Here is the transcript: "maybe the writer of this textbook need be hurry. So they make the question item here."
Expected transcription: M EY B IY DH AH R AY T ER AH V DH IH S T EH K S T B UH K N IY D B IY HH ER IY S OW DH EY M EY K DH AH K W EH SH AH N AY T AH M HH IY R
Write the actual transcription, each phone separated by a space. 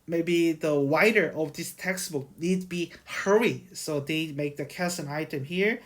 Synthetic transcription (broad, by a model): M EY B IY DH AH W AY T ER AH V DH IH S T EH K S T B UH K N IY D B IY HH ER IY S OW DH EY M EY K DH AH K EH S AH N AY T AH M HH IY R